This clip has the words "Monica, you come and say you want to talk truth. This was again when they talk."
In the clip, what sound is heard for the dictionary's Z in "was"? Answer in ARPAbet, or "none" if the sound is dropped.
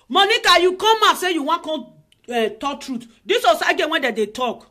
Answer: S